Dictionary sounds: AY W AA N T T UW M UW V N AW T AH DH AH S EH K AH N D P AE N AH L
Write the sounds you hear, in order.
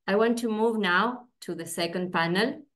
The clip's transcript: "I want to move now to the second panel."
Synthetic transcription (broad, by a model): AY W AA N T T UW M UW V N AW T AH DH AH S EH K AH N D P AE N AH L